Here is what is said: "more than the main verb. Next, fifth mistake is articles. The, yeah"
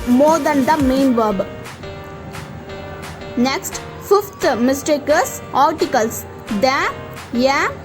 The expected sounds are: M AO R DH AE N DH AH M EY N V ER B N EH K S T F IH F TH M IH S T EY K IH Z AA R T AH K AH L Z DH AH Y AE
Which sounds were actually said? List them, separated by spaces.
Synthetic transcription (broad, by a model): M AO R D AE N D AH M EY N V ER B N EH K S T F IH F T M IH S T EY K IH S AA R T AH K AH L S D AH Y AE